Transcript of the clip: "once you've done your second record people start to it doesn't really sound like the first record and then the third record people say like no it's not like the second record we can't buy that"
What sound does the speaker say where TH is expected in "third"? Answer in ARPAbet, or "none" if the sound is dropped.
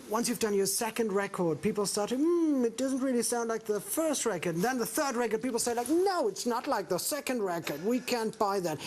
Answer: TH